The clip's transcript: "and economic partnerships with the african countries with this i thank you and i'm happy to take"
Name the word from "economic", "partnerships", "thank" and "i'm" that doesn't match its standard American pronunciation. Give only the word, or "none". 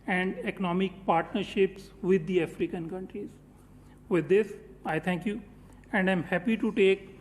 thank